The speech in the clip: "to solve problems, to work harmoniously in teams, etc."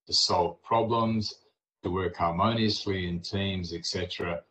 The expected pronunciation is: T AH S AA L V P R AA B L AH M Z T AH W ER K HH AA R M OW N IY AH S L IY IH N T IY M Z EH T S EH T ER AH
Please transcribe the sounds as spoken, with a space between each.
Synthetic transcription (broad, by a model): T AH S AA L V P R AA B L AH M Z T AH W ER K HH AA R M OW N IY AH S L IY IH N T IY M Z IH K S EH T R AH